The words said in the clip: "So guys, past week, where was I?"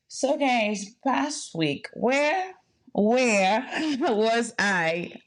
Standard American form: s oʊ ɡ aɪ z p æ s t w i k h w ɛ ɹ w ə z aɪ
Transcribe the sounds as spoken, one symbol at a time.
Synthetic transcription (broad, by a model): s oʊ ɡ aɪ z p æ s t w i k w w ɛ ɹ w ə z aɪ